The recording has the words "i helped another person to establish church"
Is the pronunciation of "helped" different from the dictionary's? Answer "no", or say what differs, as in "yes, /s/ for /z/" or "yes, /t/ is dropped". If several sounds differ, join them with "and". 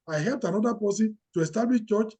no